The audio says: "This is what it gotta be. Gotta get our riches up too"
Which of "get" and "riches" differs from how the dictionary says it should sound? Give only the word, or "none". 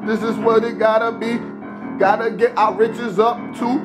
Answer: none